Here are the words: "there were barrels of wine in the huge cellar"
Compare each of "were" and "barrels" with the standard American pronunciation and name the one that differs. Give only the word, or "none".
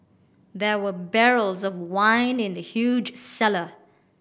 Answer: none